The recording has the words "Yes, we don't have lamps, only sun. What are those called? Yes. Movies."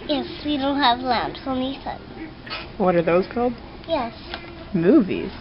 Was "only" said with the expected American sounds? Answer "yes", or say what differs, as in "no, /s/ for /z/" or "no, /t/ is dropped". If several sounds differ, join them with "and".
no, /l/ is dropped